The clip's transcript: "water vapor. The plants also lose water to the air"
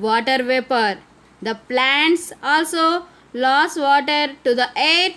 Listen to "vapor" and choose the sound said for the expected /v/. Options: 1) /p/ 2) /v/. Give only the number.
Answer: 2